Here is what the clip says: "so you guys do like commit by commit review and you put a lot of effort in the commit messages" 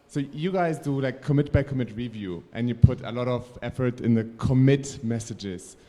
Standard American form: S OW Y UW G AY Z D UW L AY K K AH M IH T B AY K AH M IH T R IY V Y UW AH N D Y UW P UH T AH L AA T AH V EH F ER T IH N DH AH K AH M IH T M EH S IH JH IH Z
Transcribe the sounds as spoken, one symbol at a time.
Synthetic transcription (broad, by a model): S OW Y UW G AY Z D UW L AY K K AH M IH T B AY K AH M IH T R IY V Y UW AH N Y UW P UH T AH L AA T AH V EH F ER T IH N DH AH K AH M IH T M EH S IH JH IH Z